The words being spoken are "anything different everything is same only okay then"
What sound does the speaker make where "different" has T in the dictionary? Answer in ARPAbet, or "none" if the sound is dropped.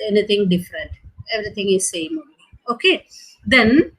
T